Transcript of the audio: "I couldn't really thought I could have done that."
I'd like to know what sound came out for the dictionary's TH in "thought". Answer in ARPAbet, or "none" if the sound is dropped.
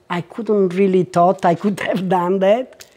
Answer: T